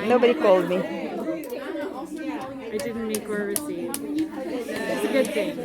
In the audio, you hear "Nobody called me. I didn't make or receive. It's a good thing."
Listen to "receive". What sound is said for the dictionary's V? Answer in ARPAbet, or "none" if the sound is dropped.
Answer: none